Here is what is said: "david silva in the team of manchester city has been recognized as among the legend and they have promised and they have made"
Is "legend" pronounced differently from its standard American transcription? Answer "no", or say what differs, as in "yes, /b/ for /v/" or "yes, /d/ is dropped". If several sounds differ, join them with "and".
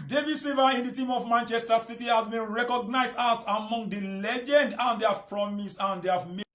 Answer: no